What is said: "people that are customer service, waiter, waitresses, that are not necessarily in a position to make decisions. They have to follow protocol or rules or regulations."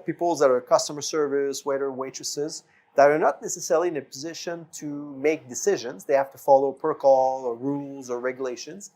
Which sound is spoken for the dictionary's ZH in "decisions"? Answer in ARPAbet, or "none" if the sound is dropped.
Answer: ZH